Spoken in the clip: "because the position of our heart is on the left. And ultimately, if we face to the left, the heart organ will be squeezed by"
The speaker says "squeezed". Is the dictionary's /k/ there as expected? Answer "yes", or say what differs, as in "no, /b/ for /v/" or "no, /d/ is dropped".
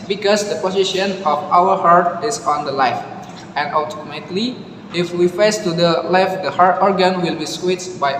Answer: no, /k/ is dropped